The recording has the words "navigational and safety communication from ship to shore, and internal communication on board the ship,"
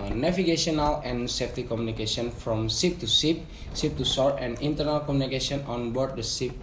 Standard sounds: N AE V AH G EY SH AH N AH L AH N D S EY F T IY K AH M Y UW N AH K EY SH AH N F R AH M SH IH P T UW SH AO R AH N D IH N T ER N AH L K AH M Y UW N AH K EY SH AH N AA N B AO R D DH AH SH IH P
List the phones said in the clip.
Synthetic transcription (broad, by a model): N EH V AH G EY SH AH N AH L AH N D S EY F T IY K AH M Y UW N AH K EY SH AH N F R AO M S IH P T UW S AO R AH N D IH N T ER N AH L K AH M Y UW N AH K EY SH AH N AA N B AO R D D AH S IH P